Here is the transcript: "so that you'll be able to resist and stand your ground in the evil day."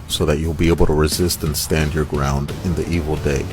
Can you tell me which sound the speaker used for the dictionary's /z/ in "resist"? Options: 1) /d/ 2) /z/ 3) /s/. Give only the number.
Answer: 2